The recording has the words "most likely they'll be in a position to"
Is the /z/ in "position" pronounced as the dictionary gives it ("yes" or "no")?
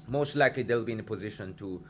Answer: yes